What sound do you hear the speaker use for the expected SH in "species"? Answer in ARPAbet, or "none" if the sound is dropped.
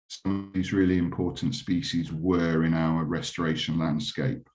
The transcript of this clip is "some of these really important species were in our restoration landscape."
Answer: SH